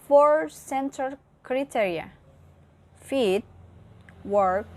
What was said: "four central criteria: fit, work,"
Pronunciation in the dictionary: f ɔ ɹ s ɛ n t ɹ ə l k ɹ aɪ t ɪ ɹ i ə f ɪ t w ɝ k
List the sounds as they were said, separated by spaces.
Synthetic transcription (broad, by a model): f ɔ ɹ s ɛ n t ə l k ɹ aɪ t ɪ ɹ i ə f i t w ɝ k